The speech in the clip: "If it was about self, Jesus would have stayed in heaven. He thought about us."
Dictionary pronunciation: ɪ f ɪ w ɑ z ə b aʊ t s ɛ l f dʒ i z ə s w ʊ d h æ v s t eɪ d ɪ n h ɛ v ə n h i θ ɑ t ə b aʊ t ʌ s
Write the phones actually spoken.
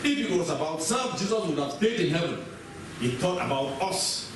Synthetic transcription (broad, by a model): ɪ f ɪ w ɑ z ə b aʊ t s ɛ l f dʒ i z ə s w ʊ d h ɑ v s t eɪ d ɪ n h ɛ v ə n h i t ɑ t ə b aʊ t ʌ s